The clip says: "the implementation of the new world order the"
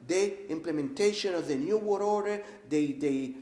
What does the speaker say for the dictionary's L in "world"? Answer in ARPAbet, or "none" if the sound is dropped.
none